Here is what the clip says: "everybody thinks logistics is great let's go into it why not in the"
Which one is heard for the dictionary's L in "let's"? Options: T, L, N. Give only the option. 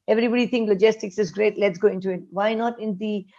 L